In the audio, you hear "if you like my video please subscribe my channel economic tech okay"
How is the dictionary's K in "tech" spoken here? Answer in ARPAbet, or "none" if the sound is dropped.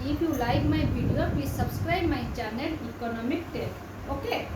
none